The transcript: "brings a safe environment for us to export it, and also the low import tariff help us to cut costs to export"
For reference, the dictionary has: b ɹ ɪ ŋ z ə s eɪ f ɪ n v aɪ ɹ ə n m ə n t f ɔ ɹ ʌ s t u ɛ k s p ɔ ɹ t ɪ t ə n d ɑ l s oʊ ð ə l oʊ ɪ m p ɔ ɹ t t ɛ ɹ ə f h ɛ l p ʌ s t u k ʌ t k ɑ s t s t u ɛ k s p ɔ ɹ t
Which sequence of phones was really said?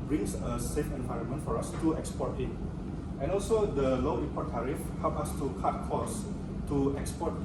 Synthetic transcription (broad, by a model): b ɹ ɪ ŋ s ə s eɪ f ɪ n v aɪ ɹ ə n m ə n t f ɔ ɹ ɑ s t u ɛ k s p ɔ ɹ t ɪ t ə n ɑ l s oʊ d ə l oʊ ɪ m p ɔ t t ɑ ɹ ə f h ɛ l p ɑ s t u k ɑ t k ɑ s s t u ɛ k s p ɔ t